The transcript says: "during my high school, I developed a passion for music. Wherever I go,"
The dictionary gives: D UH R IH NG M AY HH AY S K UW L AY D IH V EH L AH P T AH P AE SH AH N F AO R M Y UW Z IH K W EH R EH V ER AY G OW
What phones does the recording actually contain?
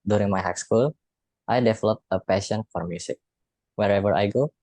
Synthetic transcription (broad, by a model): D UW R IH NG M AY HH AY S K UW L AY D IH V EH L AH P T AH P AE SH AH N F AO R M Y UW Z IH K W EH R EH V ER AY G OW